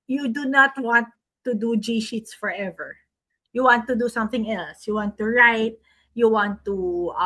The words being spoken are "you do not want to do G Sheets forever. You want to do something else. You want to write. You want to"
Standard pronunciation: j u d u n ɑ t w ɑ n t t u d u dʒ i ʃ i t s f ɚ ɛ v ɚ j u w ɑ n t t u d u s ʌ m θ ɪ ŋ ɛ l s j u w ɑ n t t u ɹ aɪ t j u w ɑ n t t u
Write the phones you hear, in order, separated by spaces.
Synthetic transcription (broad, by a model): j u d u n ɑ t w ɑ n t t u d u dʒ i ʃ i t s f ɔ ɛ v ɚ j u w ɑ n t t u d u s ʌ m θ ɪ ŋ ɛ l s j u w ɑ n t t u ɹ aɪ t j u w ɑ n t t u